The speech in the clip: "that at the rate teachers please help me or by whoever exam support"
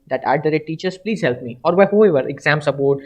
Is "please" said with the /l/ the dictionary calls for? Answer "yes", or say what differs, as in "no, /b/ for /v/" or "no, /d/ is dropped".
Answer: yes